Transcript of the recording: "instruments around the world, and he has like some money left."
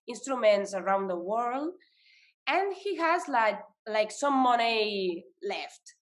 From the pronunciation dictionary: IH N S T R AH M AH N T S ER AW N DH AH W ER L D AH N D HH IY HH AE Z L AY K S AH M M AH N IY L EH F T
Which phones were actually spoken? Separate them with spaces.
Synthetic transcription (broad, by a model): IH N S T R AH M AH N T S ER AW N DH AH W ER L D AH N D HH IY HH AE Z L AY K S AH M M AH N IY L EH F T